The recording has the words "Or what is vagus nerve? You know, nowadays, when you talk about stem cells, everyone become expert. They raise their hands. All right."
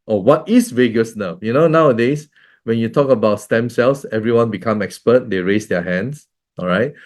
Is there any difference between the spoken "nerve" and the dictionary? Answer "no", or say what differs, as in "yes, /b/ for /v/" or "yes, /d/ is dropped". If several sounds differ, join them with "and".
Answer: yes, /f/ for /v/